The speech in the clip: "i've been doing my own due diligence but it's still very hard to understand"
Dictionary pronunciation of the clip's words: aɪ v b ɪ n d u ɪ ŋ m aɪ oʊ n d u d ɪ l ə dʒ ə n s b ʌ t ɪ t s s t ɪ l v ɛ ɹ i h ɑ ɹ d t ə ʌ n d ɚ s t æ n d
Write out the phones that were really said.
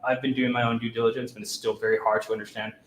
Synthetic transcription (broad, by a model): aɪ v b ɪ n d u ɪ ŋ m aɪ oʊ n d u d ɪ l ə dʒ ə n s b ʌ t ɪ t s s t ɪ l v ɛ ɹ i h ɑ ɹ d t ə ʌ n d ɚ s t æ n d